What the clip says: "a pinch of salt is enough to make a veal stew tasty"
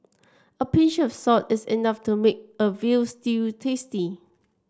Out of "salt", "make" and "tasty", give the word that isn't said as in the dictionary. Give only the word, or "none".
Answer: salt